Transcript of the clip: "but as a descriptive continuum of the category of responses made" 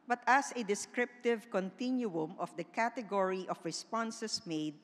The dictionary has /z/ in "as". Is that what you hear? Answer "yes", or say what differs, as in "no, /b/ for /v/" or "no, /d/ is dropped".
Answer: no, /s/ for /z/